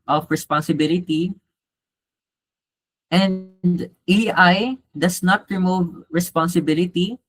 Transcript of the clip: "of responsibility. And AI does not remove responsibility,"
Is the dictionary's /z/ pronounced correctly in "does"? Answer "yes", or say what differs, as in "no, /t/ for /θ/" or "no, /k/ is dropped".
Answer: no, /s/ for /z/